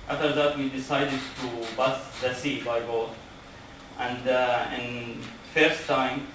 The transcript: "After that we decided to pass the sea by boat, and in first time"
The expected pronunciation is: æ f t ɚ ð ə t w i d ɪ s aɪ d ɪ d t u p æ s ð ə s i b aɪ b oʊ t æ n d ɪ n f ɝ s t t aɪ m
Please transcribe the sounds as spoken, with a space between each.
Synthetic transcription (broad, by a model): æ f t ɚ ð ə t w i d ɪ s aɪ d ɪ d t u b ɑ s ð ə s i b aɪ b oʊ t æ n d ɪ n f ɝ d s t aɪ m